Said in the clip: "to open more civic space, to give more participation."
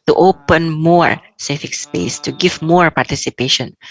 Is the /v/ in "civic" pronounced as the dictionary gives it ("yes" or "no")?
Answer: no